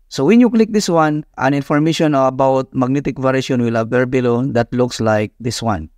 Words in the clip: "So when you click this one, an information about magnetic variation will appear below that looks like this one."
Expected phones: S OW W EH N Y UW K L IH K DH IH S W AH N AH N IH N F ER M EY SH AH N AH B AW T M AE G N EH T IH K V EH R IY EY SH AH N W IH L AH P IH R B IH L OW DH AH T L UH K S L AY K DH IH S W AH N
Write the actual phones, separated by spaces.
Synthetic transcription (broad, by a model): S OW W EH N Y UW K L IH K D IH S W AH N AH N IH N F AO M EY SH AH N AH B AW T M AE G N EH T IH K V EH R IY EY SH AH N W IH L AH B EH R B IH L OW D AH T L UH K S L AY K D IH S W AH N